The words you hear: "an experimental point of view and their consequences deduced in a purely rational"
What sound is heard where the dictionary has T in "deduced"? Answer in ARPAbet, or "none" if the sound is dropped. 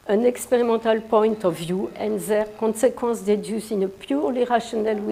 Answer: none